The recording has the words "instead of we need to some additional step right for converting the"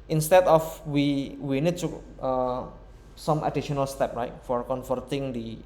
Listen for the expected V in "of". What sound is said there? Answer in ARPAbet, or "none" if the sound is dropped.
W